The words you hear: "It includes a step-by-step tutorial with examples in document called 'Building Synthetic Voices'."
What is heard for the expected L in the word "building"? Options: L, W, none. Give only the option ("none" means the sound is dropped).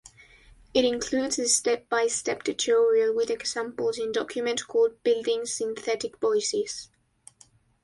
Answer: L